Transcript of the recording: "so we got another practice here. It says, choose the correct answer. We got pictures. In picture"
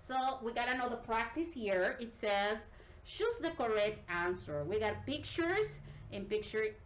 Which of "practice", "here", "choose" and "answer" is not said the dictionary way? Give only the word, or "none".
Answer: choose